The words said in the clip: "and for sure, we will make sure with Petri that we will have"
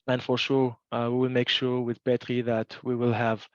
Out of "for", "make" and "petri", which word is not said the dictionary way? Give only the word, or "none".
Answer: petri